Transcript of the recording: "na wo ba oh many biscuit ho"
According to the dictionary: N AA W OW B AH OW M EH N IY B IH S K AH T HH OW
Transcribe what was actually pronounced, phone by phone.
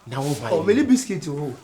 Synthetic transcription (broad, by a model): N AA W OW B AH OW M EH L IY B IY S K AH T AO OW